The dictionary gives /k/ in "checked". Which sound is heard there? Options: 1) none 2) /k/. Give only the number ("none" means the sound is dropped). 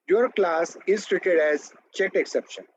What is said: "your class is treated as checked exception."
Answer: 1